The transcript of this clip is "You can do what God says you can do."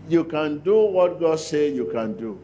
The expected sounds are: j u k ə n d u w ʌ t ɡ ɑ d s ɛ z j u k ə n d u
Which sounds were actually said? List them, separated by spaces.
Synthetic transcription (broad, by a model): j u k ə n d u w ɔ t ɡ ɑ d s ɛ j u k ə n d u